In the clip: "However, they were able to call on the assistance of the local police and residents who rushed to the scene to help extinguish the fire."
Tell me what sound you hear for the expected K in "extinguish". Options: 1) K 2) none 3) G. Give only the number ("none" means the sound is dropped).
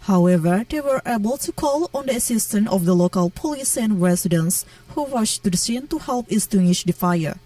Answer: 2